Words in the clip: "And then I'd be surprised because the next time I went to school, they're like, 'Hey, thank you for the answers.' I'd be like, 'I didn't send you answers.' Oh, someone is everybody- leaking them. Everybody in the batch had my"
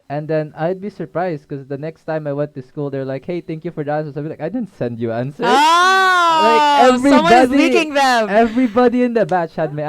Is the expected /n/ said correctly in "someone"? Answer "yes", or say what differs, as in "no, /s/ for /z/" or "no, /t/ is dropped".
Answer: no, /n/ is dropped